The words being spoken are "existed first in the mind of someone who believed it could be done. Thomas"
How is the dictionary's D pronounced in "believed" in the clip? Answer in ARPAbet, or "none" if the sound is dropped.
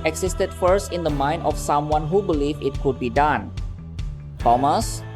none